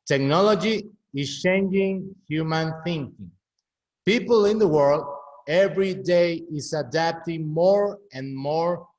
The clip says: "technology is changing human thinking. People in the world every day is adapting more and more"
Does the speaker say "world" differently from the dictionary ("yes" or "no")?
no